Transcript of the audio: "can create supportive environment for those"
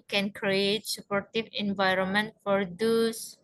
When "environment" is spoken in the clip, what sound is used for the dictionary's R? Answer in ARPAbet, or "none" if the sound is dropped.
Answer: R